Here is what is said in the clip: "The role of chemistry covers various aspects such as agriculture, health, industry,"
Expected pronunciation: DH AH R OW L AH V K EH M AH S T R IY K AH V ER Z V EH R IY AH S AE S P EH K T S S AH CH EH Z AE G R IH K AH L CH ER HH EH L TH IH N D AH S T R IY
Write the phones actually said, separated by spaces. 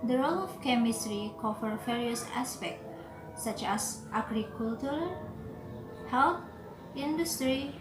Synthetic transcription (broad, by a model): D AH R OW L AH F K EH M AH S T R IY K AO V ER V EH R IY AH S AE S P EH K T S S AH CH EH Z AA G R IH K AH L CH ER HH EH L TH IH N D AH S T R IY